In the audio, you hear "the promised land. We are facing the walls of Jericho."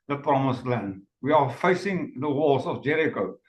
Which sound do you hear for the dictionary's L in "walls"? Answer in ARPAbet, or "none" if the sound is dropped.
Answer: none